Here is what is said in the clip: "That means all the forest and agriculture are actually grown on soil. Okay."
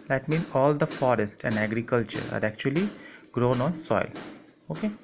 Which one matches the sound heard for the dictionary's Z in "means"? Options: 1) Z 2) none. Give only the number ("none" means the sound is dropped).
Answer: 2